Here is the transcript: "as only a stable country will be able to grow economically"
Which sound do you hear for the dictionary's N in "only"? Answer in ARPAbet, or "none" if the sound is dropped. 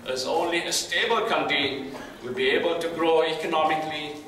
N